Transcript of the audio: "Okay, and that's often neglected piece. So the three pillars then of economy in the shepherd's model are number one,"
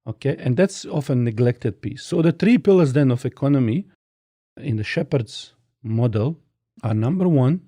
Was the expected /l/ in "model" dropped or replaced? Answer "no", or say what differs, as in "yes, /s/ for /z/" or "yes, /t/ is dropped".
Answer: no